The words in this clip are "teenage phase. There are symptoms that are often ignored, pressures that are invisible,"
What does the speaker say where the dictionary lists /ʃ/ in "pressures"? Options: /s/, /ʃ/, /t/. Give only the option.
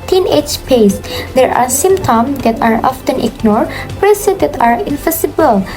/s/